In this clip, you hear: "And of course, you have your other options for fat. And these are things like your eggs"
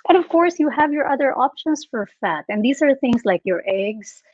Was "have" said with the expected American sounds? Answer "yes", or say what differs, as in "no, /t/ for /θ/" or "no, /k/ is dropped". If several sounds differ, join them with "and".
yes